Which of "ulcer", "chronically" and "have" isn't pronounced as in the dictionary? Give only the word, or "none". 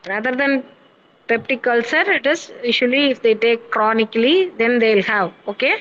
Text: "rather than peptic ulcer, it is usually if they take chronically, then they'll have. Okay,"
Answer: none